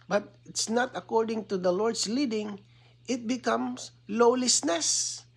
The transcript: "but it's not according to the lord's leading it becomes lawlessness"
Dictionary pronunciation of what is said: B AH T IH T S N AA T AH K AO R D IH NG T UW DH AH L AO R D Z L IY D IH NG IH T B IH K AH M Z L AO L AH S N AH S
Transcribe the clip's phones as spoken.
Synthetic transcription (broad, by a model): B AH T IH T S N AA T AH K AO R D IH NG T UW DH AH L AO R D S L IY D IH NG IH T B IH K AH M S L AO L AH S N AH S